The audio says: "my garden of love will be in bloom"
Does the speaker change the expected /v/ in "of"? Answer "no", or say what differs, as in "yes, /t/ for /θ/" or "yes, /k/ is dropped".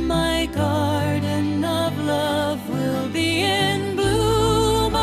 no